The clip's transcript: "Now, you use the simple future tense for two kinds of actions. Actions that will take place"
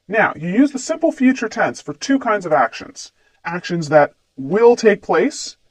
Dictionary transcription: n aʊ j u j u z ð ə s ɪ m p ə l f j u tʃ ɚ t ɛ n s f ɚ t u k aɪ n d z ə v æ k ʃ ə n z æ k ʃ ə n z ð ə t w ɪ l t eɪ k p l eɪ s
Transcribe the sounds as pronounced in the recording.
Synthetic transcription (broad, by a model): n aʊ j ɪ j u z ð ə s ɪ m p l f j u tʃ ɚ t ɛ n s f ɚ t u k aɪ n d z ə v æ k ʃ ə n z æ k ʃ ə n z ð ə t w ɪ l t eɪ k p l eɪ s